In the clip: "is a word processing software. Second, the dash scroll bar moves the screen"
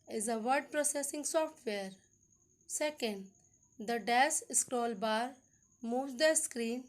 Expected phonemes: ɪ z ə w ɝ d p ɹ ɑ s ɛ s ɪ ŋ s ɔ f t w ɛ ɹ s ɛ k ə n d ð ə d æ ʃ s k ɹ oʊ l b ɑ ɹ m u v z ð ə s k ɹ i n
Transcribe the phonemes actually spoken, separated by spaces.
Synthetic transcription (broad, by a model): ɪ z ə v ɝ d p ɹ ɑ s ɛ s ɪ ŋ s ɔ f t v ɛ ɹ s ɛ k ə n d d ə d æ s s k ɹ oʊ l b ɑ ɹ m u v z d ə s k ɹ i n